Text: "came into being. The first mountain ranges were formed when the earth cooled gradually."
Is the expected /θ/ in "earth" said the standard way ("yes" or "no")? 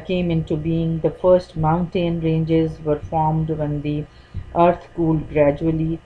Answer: no